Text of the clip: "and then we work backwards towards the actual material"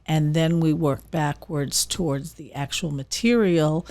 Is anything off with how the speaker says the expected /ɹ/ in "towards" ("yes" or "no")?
no